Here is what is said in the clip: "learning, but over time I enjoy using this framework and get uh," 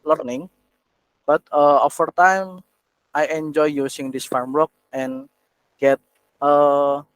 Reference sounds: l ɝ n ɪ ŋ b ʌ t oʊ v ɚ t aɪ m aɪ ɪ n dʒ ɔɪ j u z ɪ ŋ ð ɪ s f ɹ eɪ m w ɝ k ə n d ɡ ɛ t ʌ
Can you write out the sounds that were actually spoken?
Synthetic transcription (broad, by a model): l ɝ n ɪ ŋ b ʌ t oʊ f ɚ t aɪ m aɪ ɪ n dʒ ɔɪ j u s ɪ ŋ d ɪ s f ɹ m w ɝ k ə n ɡ ɛ t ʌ